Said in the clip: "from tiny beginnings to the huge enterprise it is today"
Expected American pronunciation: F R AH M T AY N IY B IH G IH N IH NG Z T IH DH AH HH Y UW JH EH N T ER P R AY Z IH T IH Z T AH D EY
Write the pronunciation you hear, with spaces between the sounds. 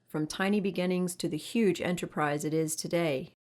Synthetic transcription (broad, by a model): F R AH M T AY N IY B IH G IH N IH NG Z T IH DH AH HH Y UW JH EH N T ER P R AY Z IH T IH Z T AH D EY